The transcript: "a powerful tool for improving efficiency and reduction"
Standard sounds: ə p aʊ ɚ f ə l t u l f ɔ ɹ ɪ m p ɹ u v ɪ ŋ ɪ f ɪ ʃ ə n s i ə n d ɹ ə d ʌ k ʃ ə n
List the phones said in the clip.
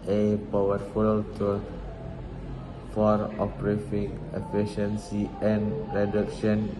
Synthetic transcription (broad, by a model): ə p aʊ ɚ f ə l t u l f ɔ ɹ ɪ p ɹ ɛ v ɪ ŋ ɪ f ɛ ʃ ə n s i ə n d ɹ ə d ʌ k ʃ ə n